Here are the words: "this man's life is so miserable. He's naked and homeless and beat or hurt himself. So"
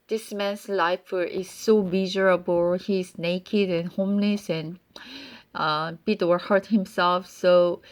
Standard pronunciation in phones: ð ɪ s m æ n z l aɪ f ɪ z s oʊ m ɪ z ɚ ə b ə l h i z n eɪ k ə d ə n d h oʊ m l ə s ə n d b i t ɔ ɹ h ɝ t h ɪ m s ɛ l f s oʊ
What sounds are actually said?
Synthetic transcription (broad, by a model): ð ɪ s m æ n s l aɪ f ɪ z s oʊ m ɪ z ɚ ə b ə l h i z n eɪ k ə d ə n h oʊ m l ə s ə n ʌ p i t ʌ w h ɝ t h ɪ m s ɛ l f s oʊ